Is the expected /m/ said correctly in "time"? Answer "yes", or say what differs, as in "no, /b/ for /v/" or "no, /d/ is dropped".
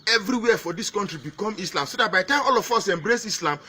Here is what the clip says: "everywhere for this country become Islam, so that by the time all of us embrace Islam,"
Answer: no, /m/ is dropped